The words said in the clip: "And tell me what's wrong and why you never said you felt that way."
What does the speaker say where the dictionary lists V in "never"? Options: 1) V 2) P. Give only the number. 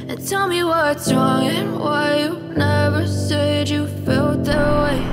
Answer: 1